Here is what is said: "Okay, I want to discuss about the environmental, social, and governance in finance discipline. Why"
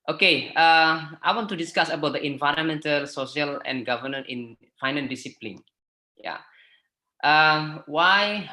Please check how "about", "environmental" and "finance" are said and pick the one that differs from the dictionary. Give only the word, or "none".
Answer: finance